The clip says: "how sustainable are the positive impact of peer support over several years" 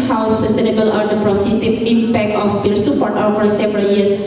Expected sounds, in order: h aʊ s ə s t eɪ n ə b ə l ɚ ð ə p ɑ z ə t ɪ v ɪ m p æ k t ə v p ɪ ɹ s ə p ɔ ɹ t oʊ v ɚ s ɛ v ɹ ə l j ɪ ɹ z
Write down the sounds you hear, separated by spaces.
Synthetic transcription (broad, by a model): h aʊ s ə s t eɪ n ə b ə l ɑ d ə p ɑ s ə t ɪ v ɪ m p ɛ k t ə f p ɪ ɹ s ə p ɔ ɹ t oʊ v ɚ s ɛ v ɹ ə l j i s